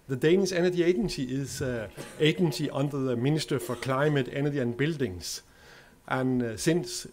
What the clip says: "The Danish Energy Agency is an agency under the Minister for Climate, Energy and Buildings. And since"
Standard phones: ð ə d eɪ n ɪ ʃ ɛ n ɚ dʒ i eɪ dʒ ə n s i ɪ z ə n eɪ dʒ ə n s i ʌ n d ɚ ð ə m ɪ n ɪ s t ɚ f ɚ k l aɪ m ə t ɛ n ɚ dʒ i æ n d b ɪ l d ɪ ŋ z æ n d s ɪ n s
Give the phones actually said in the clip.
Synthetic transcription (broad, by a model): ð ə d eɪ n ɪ s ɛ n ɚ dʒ i eɪ dʒ ə n s i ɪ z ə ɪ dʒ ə n s i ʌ n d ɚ ð ə m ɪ n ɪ s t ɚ f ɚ k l aɪ m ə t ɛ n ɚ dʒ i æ n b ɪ l d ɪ ŋ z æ n s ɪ n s